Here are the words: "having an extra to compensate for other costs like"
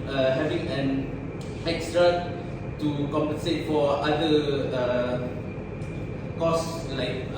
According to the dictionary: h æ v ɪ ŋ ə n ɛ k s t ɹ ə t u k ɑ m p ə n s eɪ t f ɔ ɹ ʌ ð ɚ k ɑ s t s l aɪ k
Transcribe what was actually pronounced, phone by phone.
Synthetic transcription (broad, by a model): h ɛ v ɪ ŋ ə n ɛ k s t ɹ ə t u k ɑ m p ə n s eɪ t f ɔ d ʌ ɚ k ɑ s s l aɪ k